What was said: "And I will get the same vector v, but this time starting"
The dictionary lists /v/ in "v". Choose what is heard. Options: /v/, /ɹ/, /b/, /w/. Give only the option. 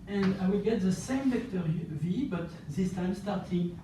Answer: /v/